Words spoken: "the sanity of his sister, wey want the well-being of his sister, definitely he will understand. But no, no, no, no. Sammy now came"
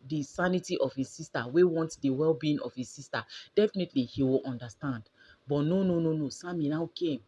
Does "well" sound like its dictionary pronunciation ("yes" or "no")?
yes